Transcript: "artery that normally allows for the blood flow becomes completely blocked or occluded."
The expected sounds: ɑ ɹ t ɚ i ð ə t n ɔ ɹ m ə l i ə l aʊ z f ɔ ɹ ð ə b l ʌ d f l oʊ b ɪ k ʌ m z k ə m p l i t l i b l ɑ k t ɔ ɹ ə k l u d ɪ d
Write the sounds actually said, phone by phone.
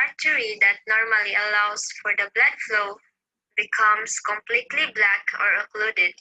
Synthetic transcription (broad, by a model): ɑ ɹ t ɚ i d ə t n ɔ ɹ m ə l i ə l aʊ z f ɔ ɹ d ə b l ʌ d f l oʊ b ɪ k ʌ m s k ə m p l i t l i b l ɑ k ɔ ɹ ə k l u d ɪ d